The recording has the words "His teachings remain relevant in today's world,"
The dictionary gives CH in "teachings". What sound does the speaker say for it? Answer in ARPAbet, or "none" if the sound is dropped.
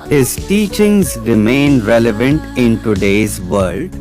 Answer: CH